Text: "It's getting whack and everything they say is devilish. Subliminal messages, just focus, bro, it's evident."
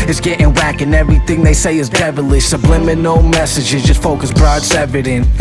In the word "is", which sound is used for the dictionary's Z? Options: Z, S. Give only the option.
Z